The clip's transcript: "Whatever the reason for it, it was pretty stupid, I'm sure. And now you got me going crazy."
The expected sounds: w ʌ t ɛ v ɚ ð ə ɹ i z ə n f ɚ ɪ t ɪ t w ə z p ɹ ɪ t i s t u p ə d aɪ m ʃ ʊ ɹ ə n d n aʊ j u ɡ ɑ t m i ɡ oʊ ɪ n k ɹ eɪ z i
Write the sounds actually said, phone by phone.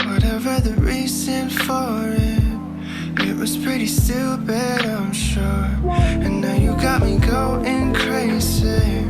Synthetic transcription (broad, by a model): w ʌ t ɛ v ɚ ð ə ɹ i z ə n f ɚ ɪ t ɪ t w ə z p ɹ ɪ t i s t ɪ b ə d aɪ m ʃ ʊ ɹ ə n n aʊ j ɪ ɡ ɑ t m i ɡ oʊ ɪ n k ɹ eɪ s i